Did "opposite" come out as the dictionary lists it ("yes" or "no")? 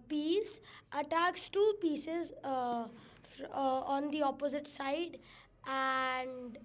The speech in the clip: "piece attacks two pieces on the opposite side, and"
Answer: yes